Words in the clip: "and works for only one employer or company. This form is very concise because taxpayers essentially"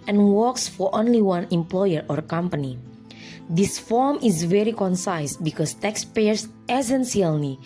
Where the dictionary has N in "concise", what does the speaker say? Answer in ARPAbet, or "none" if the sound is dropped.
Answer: N